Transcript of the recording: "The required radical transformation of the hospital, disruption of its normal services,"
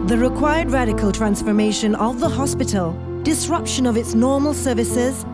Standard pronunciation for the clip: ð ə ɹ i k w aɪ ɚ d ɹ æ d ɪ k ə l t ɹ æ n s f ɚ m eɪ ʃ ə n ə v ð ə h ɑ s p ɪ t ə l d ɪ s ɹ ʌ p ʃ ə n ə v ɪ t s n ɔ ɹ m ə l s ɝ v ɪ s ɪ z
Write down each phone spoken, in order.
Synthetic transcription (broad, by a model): ð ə ɹ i k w aɪ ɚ d ɹ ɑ d ɪ k ə l t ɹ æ n s f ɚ m eɪ ʃ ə n ə v ð ə h ɑ s p ɪ t ə l d ɪ s ɹ ʌ p ʃ ə n ə v ɪ t s n ɔ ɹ m ə l s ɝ v ɪ s ɪ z